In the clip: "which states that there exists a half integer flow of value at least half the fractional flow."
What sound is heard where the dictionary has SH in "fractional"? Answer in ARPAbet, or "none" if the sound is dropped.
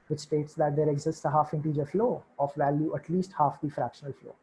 SH